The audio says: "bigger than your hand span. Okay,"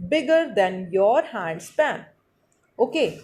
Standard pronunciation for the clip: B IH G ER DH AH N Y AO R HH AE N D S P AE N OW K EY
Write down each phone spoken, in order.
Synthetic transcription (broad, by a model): B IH G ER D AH N Y AO R HH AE D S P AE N OW K EY